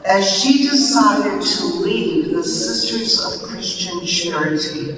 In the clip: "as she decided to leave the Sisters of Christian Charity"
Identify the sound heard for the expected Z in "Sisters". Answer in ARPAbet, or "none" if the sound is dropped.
Z